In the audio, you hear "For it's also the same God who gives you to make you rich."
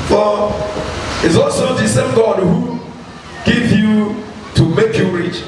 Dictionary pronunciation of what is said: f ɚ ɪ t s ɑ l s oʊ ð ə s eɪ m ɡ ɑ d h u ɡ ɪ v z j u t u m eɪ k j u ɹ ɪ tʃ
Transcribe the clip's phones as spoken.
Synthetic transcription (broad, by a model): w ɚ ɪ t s ɑ l s oʊ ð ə s eɪ m ɡ ɑ d h u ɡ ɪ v j u t u m eɪ k j u ɹ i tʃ